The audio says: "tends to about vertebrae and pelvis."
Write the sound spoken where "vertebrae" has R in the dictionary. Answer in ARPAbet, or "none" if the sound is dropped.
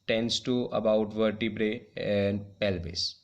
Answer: R